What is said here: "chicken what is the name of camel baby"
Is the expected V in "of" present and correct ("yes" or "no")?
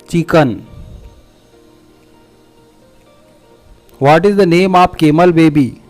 no